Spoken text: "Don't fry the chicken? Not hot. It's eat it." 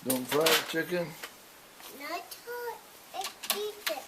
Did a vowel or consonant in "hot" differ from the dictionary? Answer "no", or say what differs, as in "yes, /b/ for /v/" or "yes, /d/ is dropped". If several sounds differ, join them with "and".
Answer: yes, /t/ is dropped